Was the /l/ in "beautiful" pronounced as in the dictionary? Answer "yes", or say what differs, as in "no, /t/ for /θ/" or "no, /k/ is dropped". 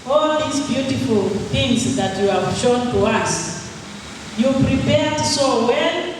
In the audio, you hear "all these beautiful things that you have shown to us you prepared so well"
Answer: yes